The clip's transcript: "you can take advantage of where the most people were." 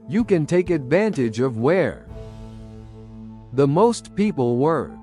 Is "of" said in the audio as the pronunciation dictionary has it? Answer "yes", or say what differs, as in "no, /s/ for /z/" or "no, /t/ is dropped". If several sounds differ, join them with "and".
yes